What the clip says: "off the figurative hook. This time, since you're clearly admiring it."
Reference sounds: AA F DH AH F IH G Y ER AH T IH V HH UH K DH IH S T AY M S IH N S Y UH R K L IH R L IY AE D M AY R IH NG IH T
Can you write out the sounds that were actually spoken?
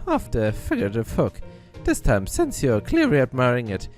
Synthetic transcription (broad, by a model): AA F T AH F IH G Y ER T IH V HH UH K DH IH S T AY M S IH N S Y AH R K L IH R IY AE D M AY R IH NG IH T